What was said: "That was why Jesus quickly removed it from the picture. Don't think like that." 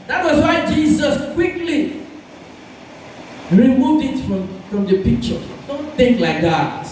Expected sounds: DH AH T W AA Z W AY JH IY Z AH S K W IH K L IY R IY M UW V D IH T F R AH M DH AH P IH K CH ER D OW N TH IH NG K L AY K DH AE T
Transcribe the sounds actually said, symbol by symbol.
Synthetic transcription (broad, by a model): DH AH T W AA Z W AY JH IY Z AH S K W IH K L IY R IY M UW V D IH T F R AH M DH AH P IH K CH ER D OW N TH IH NG K L AY K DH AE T